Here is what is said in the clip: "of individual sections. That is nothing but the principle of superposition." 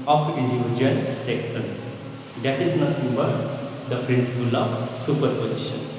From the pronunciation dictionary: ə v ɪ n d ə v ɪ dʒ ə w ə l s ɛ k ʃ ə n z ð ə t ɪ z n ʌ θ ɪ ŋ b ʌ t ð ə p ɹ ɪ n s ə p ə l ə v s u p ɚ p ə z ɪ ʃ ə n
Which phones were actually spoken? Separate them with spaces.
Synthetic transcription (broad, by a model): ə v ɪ n d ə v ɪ dʒ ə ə l s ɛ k s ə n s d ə t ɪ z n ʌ t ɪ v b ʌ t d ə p ɹ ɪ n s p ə l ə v s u p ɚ p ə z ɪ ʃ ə n